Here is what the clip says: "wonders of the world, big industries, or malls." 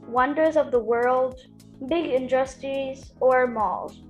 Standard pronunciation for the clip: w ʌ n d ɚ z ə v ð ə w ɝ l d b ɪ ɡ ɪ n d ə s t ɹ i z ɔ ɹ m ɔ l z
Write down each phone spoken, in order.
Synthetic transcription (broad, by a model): w ʌ n d ɚ z ə v ð ə w ɝ l d b ɪ ɡ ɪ n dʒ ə s t i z ɔ ɹ m ɔ l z